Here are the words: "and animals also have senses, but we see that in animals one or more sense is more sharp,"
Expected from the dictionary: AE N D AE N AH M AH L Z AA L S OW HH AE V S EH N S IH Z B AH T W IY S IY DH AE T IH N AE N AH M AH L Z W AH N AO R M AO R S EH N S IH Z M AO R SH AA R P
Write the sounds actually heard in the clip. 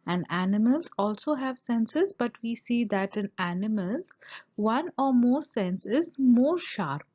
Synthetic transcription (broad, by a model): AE N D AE N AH M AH L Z AA L S OW HH AE V S EH N S IH Z B AH T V IY S IY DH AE T IH N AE N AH M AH L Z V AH N AO R M AO R S EH N S IH Z M AO R SH AA R P